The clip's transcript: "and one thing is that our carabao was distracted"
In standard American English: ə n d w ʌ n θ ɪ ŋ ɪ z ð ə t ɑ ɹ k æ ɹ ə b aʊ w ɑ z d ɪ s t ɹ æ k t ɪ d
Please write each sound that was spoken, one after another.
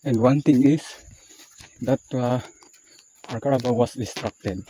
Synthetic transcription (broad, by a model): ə n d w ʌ n t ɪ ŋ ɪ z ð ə t ɑ ɹ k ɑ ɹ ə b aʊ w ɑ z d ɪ s t ɹ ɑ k t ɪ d